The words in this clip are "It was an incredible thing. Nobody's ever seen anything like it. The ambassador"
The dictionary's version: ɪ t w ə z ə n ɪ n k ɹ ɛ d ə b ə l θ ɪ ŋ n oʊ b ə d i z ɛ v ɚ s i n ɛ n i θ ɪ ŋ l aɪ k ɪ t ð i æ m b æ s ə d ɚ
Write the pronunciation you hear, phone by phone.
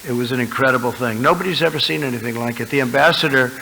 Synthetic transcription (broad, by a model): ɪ t w ə z ə n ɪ n k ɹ ɛ d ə b l θ ɪ ŋ n oʊ b ə d i z ɛ v ɚ s i n ɛ n i θ ɪ ŋ l aɪ k ɪ t ð i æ m b æ s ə d ɚ